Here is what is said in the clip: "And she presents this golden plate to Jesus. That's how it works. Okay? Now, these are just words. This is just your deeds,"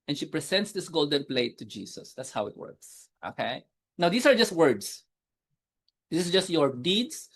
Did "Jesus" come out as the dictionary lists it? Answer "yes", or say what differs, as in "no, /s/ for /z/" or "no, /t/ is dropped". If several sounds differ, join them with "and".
no, /s/ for /z/